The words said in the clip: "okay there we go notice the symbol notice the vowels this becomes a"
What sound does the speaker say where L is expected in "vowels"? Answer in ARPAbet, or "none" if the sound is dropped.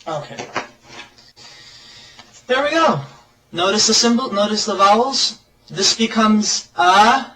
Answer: L